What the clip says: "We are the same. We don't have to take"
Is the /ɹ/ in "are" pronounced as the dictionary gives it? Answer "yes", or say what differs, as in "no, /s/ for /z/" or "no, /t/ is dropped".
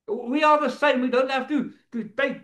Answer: no, /l/ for /ɹ/